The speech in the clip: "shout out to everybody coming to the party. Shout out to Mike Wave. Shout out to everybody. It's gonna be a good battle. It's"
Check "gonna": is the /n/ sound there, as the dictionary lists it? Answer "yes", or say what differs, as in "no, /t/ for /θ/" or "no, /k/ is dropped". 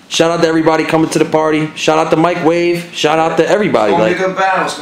no, /n/ is dropped